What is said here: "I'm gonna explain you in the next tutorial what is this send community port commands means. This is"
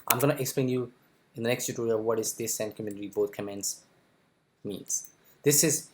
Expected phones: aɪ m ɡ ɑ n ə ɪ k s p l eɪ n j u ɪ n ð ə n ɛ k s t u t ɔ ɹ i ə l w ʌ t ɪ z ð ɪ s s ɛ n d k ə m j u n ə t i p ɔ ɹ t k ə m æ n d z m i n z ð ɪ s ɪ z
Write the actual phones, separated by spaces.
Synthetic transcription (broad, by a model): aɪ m ɡ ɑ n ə ɪ k s p l eɪ n j u ɪ n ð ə n ɛ k s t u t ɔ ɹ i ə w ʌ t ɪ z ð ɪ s s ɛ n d k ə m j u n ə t i b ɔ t k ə m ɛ n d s m i n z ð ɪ s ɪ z